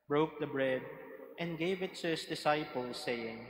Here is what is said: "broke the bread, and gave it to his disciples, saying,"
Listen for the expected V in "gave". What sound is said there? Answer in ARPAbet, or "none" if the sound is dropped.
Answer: V